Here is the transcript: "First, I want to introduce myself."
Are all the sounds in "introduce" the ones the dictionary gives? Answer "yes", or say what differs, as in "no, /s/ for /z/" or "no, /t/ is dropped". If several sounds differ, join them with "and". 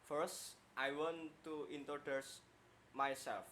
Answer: no, /ɹ/ is dropped